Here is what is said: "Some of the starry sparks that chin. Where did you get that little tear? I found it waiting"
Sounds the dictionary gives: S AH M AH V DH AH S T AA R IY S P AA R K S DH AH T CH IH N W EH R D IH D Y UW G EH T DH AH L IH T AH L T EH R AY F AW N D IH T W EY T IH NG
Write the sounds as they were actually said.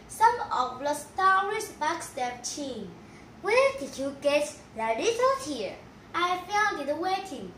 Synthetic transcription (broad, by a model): S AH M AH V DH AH S T AA R IY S B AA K S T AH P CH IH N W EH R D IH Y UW G EH T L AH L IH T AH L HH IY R AY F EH L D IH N W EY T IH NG